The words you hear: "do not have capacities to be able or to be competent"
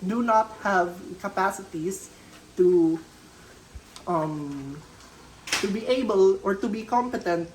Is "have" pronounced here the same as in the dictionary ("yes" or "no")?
yes